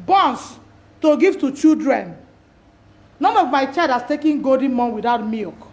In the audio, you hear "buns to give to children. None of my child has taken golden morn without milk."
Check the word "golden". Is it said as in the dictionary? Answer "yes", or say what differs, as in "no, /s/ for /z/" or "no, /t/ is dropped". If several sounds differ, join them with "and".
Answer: no, /l/ is dropped